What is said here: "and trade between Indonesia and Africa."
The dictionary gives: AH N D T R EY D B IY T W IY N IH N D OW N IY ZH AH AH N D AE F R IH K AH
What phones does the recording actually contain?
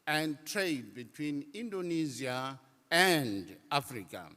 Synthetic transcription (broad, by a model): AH N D T R EY D B IY T W IY N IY N D OW N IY Z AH AH N D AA F R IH K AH